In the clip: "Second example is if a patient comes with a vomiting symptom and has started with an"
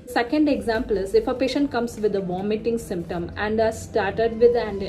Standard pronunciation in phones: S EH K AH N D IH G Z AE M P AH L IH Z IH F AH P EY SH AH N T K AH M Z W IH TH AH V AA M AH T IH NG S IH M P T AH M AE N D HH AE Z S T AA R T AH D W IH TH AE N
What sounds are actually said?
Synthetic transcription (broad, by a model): S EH K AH N D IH G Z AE M P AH L IH Z IH F AH P EY SH AH N T K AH M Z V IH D AH V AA M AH T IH NG S IH M P T AH M AE N D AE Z S T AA R T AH D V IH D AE N